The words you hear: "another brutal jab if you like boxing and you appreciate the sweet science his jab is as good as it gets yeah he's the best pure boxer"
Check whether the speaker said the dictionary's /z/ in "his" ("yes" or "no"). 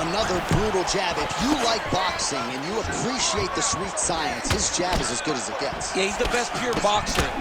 no